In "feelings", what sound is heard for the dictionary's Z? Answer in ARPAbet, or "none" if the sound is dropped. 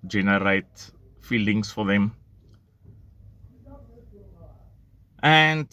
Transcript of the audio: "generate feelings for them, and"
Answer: S